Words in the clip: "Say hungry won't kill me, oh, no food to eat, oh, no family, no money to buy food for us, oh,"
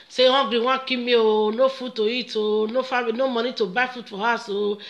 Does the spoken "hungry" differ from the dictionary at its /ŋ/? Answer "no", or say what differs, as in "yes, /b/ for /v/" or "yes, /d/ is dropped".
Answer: yes, /ŋ/ is dropped